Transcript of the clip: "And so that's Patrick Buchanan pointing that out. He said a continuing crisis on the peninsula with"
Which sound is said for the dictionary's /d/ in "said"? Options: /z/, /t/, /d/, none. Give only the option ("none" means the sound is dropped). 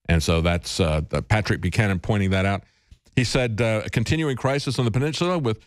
/d/